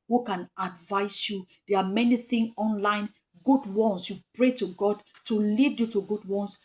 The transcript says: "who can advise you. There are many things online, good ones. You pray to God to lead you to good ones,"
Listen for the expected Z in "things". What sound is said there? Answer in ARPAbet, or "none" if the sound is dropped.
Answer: none